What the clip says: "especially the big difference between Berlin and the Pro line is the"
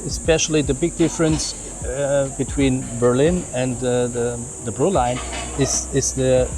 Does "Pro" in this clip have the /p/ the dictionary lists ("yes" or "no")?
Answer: no